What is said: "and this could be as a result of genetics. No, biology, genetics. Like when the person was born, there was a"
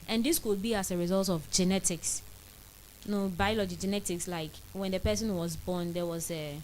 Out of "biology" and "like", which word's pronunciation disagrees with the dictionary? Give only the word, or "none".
none